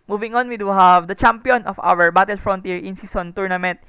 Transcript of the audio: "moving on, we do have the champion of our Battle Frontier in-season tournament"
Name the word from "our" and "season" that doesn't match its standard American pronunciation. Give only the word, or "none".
season